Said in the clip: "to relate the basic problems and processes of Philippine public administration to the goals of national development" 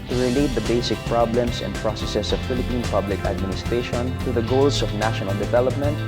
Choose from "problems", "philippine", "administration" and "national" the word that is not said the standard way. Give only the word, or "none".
problems